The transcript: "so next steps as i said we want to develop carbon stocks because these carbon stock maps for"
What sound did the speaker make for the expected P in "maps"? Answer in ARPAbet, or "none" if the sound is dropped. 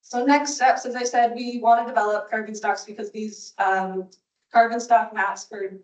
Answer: none